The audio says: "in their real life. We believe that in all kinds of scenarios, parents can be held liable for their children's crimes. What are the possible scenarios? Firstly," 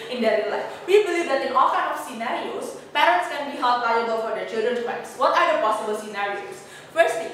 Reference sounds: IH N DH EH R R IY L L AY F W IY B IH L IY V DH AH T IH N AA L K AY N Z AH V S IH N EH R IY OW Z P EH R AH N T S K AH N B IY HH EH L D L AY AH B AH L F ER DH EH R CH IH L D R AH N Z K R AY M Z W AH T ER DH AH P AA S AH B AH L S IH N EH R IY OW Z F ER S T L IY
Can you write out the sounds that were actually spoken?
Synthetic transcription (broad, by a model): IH N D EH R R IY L L AY F W IY B IH L IY V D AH T IH N AA L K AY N AH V S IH N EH R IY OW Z P EH R AH N T S K AH N B IY HH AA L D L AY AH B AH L F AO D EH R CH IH L D R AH N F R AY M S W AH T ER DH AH P AA S AH B AH L S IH N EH R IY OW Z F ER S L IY